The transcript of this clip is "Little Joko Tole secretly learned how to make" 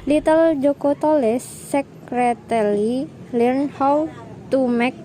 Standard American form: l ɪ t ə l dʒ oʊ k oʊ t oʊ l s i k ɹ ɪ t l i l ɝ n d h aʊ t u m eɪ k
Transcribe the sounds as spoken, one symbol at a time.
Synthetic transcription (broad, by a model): l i t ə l dʒ oʊ k oʊ t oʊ l s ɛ k ɹ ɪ t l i l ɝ n h aʊ t u m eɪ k